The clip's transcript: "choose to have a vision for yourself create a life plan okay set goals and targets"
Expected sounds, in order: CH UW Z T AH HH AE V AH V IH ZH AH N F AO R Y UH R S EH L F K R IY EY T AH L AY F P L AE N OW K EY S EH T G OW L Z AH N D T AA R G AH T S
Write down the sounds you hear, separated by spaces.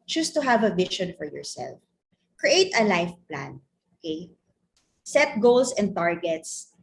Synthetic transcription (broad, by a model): CH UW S T AH HH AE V AH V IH SH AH N F AO R Y UH R S EH L F K R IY EY T AH L AY F P L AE N OW K EY S EH T G OW L S AH N D T AA R G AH T S